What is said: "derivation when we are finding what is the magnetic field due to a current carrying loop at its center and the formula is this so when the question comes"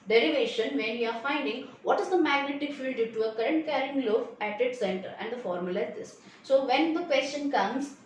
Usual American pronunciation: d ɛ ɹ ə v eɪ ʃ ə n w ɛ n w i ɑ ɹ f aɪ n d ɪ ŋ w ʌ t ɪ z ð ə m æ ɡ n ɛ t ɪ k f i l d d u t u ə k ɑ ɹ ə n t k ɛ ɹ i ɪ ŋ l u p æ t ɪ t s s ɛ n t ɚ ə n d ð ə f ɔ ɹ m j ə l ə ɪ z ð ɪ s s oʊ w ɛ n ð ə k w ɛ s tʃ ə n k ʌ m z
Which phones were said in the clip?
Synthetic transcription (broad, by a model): d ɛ ɹ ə v eɪ ʃ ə n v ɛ n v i ɑ ɹ f aɪ n d ɪ ŋ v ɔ t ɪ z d ə m æ ɡ n ɛ t ɪ k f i l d d u t u ə k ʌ ɹ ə n t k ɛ ɹ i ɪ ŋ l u f æ t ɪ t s s ɛ n t ɚ ə n d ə f ɔ ɹ m j ə l ə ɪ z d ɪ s s oʊ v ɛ n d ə k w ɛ s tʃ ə n k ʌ m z